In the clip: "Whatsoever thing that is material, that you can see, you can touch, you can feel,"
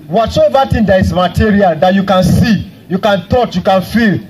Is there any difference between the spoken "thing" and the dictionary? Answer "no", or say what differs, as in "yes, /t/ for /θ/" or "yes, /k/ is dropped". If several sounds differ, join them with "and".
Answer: yes, /t/ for /θ/